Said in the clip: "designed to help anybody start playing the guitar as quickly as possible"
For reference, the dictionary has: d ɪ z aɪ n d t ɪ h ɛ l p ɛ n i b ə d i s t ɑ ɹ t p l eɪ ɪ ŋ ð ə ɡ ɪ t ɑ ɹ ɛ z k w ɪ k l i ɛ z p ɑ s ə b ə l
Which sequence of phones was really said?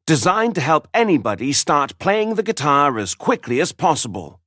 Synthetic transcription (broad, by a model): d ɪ z aɪ n t ɪ h ɛ l p ɛ n i b ə d i s t ɑ ɹ t p l eɪ ɪ ŋ ð ə ɡ ɪ t ɑ ɹ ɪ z k w ɪ k l i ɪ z p ɑ s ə b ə l